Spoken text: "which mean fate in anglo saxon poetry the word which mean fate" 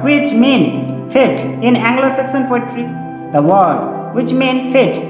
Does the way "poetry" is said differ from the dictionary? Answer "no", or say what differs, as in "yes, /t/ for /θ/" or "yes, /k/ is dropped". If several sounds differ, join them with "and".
yes, /f/ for /p/